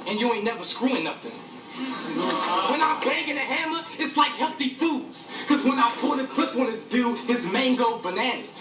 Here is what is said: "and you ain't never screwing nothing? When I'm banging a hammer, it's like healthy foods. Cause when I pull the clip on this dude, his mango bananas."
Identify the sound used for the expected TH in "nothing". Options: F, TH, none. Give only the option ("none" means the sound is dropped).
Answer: F